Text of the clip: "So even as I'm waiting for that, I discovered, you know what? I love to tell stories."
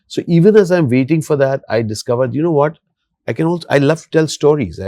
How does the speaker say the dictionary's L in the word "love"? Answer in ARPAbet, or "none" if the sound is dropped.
N